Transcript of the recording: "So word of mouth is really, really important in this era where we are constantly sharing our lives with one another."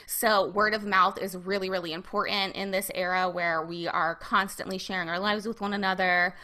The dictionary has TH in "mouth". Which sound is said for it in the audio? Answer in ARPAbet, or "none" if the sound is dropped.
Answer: TH